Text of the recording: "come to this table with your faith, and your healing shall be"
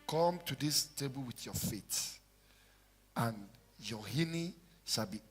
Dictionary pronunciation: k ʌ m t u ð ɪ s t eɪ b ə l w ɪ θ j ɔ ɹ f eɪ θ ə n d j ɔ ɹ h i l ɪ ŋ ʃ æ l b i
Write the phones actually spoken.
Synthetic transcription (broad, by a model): k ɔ m t u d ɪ s t eɪ b ə l w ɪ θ j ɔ f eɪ t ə n j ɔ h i n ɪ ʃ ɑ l b i